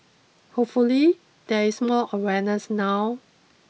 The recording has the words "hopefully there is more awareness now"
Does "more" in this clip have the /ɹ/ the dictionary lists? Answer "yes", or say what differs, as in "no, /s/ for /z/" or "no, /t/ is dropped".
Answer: no, /l/ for /ɹ/